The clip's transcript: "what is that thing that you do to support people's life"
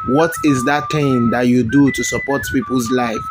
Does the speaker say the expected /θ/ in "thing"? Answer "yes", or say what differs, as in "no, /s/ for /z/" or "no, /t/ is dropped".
no, /t/ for /θ/